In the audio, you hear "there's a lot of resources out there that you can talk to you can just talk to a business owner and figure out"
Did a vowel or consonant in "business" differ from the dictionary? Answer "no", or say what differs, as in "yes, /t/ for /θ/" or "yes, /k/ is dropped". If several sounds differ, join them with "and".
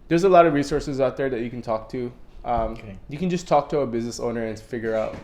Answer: no